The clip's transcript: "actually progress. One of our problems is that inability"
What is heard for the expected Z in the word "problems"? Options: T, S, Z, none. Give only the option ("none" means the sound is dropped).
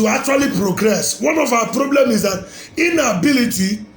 none